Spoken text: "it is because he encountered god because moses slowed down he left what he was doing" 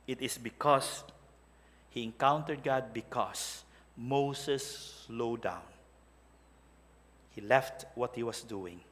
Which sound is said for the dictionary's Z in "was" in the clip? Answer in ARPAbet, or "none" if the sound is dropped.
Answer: S